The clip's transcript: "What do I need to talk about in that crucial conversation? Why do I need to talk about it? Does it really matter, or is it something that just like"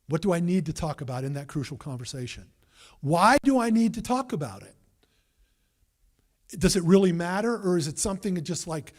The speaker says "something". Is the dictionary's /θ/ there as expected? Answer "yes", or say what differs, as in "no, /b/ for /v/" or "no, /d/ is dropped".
yes